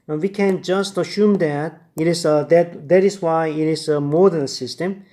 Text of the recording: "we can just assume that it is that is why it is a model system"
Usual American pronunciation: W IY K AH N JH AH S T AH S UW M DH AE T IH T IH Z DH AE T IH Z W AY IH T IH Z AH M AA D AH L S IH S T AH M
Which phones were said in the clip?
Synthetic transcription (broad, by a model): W IY K AH N JH AH S T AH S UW M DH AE T IH T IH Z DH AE T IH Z W AY IH T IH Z AH M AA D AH N S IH S T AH M